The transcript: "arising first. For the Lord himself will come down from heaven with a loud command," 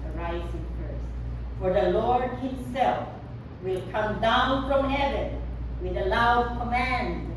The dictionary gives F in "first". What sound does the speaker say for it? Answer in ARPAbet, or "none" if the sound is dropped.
P